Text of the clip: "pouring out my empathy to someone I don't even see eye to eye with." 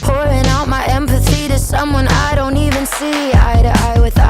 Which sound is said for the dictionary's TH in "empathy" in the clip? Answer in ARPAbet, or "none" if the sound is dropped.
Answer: TH